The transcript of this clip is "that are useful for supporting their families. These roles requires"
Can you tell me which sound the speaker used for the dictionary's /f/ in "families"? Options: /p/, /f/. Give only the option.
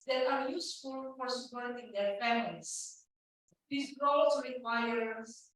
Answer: /p/